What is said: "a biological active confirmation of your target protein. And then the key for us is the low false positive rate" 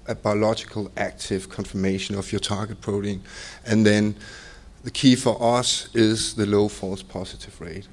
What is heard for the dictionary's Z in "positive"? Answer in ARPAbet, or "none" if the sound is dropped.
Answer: S